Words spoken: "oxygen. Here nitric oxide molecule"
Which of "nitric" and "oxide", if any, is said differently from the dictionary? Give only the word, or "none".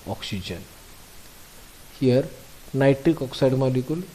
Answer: nitric